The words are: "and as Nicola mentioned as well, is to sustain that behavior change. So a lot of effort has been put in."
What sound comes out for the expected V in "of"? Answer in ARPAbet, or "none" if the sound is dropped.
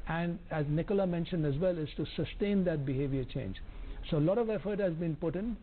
V